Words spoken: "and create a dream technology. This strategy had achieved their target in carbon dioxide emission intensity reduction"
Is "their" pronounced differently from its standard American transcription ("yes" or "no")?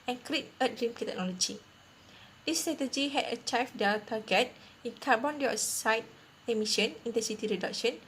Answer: yes